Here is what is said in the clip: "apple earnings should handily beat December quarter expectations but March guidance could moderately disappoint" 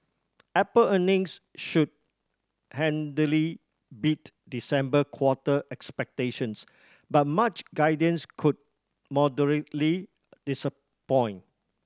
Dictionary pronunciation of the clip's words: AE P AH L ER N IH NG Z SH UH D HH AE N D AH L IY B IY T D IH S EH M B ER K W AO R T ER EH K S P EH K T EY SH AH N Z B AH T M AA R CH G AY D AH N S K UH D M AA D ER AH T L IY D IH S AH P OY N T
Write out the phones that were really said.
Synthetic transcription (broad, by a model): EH P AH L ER N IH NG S SH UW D HH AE N D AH L IY B IY T D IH S EH M B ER K W AO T T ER EH K S P EH K T EY SH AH N S B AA T M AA CH G AY D AH N S K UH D M AA D ER AH T L IY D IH S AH P OY N